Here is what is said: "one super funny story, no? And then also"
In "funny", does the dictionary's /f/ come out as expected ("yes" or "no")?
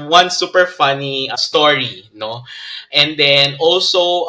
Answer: yes